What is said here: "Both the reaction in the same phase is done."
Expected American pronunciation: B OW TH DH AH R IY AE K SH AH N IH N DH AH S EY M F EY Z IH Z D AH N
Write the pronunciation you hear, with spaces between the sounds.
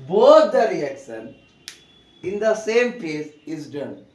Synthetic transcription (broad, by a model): B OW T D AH R IY AE K SH AH N IH N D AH S EY M P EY S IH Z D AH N